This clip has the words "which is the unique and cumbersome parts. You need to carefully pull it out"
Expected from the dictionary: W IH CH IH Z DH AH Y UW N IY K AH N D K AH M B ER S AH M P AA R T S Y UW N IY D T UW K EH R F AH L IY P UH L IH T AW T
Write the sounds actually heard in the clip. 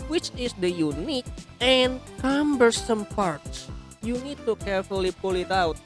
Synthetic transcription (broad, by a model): W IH CH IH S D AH Y UW N IY K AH N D K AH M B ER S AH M P AA R T S Y UW N IY D T UW K EH R F AH L IY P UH L IH T AW T